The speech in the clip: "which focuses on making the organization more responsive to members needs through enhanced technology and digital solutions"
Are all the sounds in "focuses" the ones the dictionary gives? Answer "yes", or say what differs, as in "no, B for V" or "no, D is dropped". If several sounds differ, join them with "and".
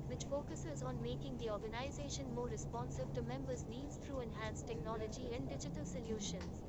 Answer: yes